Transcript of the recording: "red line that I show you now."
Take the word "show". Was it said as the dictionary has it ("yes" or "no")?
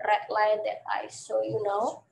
no